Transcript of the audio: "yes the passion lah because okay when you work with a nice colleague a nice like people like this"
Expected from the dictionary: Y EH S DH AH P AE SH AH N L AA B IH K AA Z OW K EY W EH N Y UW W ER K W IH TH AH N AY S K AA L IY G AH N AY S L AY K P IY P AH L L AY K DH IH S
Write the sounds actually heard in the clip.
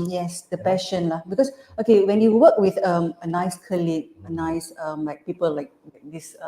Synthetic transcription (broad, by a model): Y EH S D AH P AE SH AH N L AA B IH K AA S OW K EY W EH N Y UW W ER K W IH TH AH N AY S K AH L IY AH N AY S L AY K P IY P AH L L AY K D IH S